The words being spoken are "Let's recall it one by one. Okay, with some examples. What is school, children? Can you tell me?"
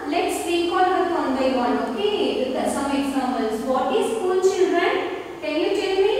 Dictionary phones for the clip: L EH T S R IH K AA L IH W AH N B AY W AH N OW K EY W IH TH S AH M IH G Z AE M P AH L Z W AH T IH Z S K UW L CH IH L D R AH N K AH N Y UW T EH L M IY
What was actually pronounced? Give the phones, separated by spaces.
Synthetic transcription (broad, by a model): L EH T S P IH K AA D IH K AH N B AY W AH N OW K EY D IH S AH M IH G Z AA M AH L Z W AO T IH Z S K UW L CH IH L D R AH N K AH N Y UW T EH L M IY